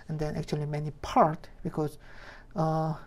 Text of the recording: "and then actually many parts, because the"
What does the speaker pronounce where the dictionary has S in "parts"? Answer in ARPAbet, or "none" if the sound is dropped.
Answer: none